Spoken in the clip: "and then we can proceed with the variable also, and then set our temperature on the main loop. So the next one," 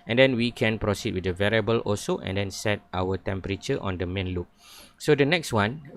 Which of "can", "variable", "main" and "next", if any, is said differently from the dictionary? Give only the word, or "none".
none